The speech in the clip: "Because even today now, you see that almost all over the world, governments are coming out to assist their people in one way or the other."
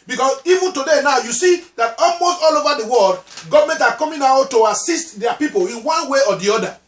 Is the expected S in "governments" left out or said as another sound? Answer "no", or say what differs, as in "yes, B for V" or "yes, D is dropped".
yes, S is dropped